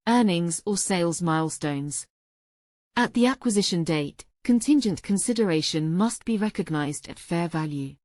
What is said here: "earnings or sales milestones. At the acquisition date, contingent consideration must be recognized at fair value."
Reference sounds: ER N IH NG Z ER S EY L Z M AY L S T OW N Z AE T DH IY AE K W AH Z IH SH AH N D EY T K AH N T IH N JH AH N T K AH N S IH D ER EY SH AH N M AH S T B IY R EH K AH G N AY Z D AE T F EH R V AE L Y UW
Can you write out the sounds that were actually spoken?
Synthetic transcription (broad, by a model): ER N IH NG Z ER S EY L Z M AY L S T OW N Z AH T DH IY AE K W AH Z IH SH AH N D EY T K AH N T IH N JH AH N K AH N S IH D ER EY SH AH N M AH S T B IY R EH K AH G N AY Z D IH T F EH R V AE L Y UW